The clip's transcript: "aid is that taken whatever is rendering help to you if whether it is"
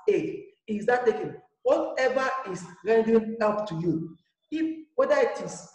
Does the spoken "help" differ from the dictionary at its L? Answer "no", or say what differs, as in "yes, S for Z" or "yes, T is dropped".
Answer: yes, L is dropped